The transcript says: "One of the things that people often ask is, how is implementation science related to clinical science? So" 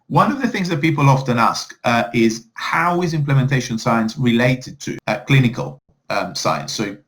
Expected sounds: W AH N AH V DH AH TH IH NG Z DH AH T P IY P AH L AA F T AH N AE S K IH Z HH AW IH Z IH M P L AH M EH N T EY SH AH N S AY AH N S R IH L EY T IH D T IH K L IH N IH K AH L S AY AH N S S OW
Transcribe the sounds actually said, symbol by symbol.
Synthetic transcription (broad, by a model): W AH N AH V DH AH TH IH NG Z DH AH T P IY P AH L AA F T AH N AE S K IH Z HH AW IH Z IH M P L AH M EH N T EY SH AH N S AY AH N S R IH L EY T IH D T IH K L IH N IH K AH L S AY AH N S S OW